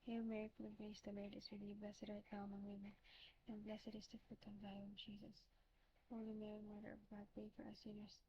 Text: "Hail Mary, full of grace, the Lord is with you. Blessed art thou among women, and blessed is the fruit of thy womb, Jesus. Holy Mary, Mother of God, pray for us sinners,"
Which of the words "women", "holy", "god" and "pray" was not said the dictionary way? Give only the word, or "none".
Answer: pray